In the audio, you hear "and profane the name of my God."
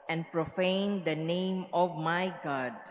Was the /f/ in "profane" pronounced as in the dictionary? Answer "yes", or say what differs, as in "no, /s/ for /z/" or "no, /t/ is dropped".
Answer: yes